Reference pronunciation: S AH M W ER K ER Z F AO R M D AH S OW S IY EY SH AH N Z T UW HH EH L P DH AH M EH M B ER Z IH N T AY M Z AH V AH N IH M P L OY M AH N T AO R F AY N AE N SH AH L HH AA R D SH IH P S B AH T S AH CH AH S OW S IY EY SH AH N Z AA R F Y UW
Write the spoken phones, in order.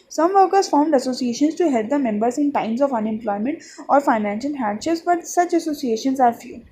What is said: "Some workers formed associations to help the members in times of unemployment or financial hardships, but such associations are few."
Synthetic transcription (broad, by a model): S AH M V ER K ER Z F AO R M D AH S OW S IY EY SH AH N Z T UW HH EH L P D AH M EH M B ER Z IH N T AY M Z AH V AH N IH M P L OY M AH N T AO R F AY N AE N SH AH L HH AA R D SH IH S B AH T S AH CH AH S OW S IY EY SH AH N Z AA R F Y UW